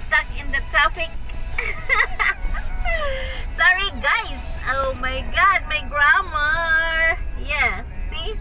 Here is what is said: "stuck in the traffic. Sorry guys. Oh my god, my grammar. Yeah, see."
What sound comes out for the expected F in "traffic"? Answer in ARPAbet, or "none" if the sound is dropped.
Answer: P